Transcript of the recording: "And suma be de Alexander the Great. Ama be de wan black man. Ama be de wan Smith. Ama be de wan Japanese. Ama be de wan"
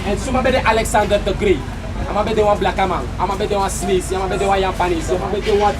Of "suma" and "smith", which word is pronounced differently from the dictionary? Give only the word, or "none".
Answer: smith